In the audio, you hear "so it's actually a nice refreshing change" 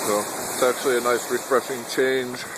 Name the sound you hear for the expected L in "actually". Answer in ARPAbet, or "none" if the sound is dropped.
L